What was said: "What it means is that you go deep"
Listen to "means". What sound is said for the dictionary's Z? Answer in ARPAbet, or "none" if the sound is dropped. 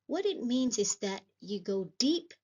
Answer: Z